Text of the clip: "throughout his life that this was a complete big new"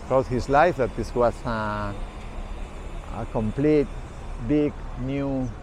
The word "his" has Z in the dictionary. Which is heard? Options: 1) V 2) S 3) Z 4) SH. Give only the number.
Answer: 2